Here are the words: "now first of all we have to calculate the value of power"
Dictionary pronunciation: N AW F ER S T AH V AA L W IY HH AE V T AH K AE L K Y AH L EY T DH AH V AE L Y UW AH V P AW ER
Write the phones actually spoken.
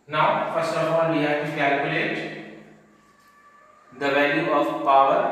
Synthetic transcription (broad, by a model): N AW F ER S AH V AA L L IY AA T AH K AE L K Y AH L EY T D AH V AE L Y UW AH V P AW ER